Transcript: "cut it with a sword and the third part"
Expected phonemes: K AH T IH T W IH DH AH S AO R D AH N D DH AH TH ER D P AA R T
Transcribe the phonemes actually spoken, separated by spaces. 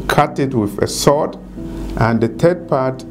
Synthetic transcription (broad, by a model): K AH T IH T W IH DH AH S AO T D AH N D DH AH T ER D P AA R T